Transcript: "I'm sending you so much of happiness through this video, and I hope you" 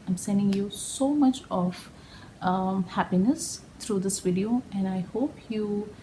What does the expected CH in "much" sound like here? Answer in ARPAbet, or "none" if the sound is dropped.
CH